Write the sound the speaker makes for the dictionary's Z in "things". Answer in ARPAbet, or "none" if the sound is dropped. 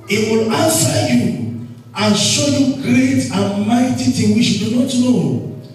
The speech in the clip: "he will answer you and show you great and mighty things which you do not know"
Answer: none